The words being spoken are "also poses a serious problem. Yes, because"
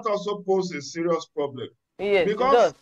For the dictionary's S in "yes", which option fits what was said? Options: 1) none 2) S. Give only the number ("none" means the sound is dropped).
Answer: 1